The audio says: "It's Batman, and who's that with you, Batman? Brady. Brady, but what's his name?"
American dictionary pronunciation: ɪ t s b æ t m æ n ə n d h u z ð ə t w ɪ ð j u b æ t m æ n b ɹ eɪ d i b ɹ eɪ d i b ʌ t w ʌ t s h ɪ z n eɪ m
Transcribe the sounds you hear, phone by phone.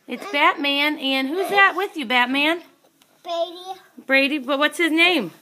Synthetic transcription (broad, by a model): ɪ t s b æ t m æ n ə n h u z ð ə t w ɪ ð j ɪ b æ t m æ n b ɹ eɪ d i b ɹ eɪ d i b ʌ t w ʌ t s h ɪ z n eɪ m